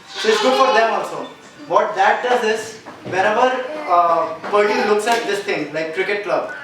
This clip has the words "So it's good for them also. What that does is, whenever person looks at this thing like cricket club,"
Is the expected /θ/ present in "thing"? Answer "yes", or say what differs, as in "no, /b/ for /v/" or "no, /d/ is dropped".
no, /t/ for /θ/